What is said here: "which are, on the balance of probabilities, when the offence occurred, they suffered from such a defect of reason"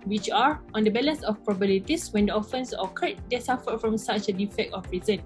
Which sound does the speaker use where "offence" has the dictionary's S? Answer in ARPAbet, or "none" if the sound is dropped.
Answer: S